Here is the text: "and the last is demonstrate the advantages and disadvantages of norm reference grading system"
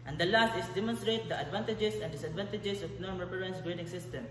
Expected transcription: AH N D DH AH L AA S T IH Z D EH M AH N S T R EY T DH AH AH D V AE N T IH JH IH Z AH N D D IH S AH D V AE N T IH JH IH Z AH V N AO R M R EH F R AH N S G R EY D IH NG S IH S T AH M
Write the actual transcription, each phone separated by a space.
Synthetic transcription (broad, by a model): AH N D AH L AA S T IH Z D EH M AH N S T R EY T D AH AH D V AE N T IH JH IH S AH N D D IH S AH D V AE N T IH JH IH S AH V N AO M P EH R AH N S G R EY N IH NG S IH S T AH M